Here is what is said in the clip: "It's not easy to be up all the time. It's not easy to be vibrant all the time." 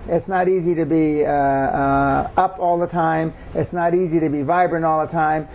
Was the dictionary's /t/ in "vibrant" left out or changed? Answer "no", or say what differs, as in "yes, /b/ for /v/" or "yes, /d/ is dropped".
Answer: yes, /t/ is dropped